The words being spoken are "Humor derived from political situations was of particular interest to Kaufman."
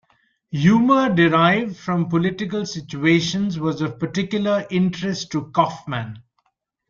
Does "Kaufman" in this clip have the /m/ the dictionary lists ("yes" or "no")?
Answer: yes